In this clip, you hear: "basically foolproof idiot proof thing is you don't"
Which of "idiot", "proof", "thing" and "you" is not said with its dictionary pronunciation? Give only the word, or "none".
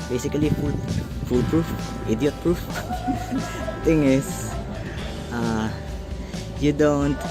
thing